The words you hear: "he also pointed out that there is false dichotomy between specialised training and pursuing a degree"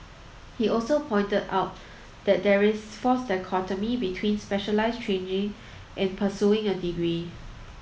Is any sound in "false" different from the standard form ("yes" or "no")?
yes